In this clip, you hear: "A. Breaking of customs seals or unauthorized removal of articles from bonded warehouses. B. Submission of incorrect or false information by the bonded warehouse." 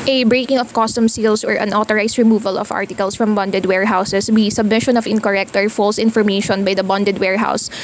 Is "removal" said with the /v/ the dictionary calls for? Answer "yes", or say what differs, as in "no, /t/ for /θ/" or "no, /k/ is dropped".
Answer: yes